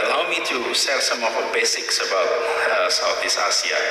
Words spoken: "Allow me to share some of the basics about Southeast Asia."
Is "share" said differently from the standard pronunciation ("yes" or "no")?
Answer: yes